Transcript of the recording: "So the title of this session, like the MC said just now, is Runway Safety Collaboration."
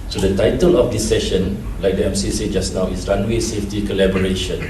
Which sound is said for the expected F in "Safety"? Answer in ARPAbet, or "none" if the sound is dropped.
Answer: F